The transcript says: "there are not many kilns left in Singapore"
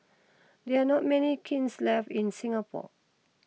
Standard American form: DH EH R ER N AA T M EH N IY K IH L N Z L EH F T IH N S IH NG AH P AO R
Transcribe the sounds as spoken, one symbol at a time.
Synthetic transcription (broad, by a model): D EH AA N AA T M EH N IY K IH N S L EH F IH N S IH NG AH P AO